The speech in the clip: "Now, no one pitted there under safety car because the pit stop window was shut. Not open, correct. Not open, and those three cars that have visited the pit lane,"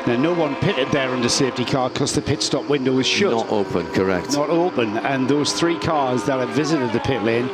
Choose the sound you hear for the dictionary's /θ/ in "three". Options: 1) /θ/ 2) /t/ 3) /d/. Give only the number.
1